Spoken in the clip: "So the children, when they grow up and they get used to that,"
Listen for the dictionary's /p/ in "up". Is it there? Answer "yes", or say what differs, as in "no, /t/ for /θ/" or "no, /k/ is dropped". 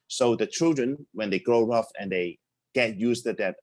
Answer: no, /f/ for /p/